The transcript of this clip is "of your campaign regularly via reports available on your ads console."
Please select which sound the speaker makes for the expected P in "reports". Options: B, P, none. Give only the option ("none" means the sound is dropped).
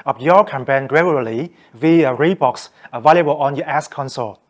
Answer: B